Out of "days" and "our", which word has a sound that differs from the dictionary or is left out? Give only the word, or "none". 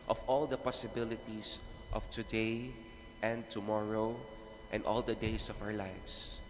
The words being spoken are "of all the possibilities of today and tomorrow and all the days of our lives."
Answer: days